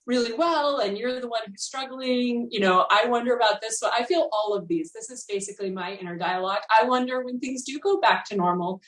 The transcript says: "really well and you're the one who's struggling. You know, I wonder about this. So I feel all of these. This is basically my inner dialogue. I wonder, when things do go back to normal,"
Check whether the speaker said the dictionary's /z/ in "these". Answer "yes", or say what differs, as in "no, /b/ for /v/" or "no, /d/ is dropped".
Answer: yes